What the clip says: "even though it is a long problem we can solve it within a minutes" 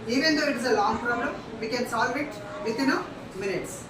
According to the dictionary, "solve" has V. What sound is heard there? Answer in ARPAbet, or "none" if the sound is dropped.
V